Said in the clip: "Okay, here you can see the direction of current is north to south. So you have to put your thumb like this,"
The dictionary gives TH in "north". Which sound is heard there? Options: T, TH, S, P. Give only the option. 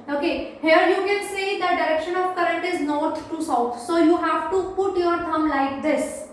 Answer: T